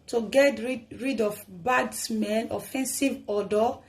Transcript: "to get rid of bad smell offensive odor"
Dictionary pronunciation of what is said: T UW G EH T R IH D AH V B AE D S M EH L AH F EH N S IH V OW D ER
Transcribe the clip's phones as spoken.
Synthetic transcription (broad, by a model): T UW G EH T R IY D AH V B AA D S M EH N AH F EH N S IH V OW D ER